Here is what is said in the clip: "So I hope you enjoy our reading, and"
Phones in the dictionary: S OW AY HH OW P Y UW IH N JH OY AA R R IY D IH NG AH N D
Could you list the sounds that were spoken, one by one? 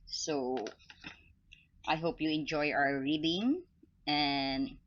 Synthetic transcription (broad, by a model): S OW AY HH OW P Y UW IH N JH OY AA W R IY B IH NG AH N D